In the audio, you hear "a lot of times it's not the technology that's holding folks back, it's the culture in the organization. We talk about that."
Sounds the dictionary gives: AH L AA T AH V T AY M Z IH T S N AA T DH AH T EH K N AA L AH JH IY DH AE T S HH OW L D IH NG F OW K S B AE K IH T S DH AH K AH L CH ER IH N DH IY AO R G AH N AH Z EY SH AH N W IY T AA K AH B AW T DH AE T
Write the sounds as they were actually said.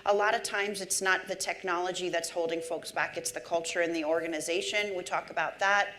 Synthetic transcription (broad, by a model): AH L AA T AH V T AY M Z IH T S N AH T DH AH T EH K N AA L AH JH IY DH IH T S HH OW L D IH NG F OW K S B AE K IH T S DH AH K AH L CH ER IH N DH IY AO R G AH N AH Z EY SH AH N W IY T AA K AH B AW T DH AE T